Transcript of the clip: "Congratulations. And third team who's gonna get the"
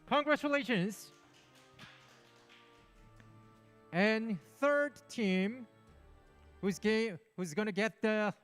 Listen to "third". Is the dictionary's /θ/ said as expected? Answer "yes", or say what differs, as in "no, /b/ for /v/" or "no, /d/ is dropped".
yes